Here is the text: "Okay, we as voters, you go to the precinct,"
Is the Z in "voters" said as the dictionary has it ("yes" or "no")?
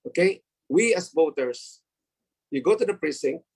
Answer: no